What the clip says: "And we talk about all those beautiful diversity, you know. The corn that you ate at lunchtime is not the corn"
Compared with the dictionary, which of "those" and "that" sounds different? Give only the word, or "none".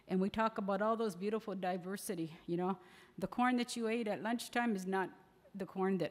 none